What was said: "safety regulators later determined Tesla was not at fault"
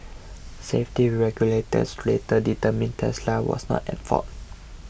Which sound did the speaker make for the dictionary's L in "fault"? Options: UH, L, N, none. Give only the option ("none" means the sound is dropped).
none